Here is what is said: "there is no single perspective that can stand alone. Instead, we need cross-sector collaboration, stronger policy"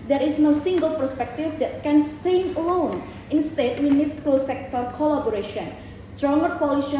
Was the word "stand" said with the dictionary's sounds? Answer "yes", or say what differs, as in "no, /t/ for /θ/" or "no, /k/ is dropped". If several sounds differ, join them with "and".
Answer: no, /d/ is dropped